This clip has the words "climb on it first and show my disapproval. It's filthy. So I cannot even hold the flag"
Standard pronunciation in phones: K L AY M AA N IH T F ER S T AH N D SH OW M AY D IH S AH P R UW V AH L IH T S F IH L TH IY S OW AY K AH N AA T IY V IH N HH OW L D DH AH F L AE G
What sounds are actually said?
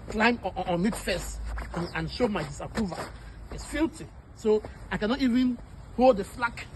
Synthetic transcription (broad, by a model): K L AY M AA N IH T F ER S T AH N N SH OW M AY D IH S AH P R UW V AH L IH T S F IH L T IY S OW AY K AH N AA T IY V IH N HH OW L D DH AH F L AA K